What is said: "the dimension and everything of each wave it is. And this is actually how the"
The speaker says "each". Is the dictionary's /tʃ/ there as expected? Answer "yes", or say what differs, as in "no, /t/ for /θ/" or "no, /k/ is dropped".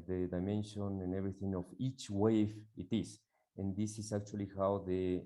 yes